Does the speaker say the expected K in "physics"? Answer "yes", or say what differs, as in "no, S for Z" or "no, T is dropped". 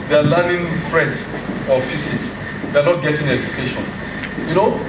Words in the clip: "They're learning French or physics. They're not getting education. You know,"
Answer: no, K is dropped